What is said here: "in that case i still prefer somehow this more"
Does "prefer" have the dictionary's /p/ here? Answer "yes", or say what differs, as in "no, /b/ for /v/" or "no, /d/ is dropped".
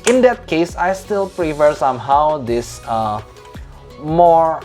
yes